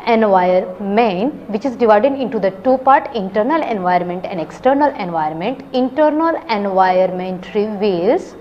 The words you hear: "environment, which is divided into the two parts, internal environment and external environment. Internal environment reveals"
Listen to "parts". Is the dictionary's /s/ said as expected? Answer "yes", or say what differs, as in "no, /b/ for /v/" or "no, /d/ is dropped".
no, /s/ is dropped